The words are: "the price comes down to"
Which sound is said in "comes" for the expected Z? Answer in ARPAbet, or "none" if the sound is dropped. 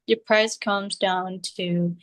Z